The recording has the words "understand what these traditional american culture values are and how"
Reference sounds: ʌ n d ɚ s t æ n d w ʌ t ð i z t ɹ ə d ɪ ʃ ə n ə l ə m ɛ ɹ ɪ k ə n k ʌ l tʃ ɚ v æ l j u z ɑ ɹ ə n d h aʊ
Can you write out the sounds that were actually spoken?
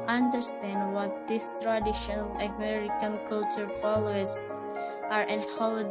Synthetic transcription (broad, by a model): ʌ n d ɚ s t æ n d w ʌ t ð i s t ɹ ə d ɪ ʃ ə n ə l ə m ɛ ɹ ɪ k ə n k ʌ l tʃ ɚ f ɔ l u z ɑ ɹ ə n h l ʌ